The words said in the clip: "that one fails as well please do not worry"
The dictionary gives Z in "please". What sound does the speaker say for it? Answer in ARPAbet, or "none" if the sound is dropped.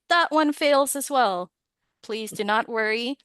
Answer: Z